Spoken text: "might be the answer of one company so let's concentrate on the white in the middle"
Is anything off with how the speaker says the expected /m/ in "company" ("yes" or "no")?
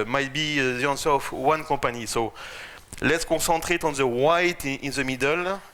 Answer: yes